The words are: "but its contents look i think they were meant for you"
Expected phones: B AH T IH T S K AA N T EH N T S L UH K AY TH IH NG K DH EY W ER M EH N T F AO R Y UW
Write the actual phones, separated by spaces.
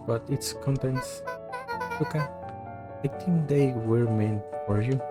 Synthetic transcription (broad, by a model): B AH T IH T S K AA N T EH N T S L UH K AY T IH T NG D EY W ER M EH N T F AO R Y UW